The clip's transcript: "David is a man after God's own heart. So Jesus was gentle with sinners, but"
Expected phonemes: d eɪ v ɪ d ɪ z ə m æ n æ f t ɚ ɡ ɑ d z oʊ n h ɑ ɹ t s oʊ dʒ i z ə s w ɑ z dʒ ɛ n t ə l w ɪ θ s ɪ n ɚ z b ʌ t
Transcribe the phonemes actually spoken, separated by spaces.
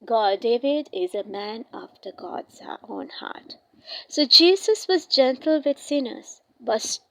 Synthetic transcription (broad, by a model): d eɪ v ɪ d ɪ z ə m æ n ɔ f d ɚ ɡ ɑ d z oʊ n h ɑ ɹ t s oʊ dʒ i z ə s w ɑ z dʒ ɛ n t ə l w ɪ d s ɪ n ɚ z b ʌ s